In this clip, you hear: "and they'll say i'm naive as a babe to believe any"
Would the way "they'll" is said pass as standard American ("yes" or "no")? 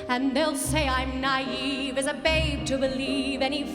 yes